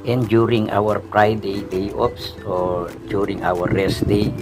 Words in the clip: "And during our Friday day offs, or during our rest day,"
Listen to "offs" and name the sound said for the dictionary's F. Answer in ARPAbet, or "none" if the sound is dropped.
P